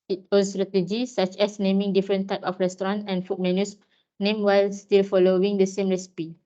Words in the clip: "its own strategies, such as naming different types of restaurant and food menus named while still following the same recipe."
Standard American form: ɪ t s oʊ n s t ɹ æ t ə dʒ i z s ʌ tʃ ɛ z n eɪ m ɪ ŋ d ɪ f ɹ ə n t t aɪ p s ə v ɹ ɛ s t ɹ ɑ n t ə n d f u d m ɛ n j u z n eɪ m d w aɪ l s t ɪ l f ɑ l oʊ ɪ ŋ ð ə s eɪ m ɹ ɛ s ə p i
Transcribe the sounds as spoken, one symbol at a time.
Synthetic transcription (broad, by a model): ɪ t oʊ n s t ɹ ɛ t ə dʒ i s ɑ tʃ ɛ s n eɪ m ɪ ŋ d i f ɹ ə n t t aɪ p ə f ɹ ɛ s t ɹ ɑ n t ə n f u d m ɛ n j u s n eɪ m w aɪ l s t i l f ɑ l oʊ ɪ ŋ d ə s eɪ m ɹ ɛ s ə p i